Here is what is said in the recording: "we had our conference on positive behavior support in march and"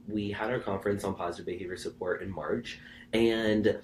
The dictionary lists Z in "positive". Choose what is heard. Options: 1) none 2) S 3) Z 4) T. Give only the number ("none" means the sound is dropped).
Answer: 3